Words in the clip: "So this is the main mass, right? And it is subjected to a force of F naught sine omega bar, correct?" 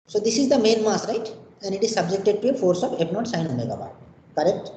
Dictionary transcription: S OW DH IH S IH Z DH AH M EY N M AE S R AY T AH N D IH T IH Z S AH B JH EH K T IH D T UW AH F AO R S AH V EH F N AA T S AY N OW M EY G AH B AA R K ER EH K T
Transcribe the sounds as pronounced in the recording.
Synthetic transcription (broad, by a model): S OW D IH S IH Z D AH M EY N M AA S R AY T AH N D IH T IH Z S AH B JH EH K T IH D T UW AH F AO R S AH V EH P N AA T S AY N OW M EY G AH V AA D K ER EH K T